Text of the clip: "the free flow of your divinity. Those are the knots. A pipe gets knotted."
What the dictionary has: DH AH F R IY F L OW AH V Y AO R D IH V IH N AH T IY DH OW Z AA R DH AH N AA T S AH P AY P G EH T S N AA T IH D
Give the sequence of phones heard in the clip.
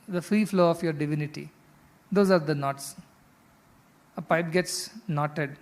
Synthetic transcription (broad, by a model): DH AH F R IY F L OW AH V Y AO R D IH V IH N AH T IY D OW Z AA R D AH N AA T S AH P AY P G EH T S N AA T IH D